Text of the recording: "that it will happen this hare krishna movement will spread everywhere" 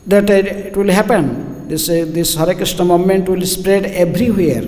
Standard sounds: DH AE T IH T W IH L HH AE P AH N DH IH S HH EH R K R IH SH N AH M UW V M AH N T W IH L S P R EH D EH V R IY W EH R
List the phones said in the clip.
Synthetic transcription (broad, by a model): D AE T IH T W IH L HH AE P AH N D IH S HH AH R K R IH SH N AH M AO M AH N T W IH L S P R EH D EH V R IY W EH R